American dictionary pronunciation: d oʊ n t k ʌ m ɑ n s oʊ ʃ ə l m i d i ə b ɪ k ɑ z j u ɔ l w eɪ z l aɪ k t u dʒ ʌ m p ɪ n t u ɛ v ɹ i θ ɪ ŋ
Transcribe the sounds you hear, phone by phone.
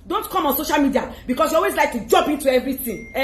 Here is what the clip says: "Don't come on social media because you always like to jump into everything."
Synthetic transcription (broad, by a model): d oʊ n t k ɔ m ɑ n s oʊ ʃ ə l m i d i ə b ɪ k ɑ s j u ɔ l w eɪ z l aɪ k t u dʒ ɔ m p ɪ n t u ɛ v ɹ i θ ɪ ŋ